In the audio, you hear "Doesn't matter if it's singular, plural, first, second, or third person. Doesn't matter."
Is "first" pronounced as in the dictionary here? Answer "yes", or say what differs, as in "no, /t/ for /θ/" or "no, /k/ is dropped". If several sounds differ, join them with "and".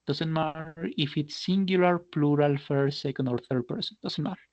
no, /s/ is dropped